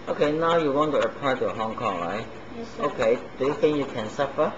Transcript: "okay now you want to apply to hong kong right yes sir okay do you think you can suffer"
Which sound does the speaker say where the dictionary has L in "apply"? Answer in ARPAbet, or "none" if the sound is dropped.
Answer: none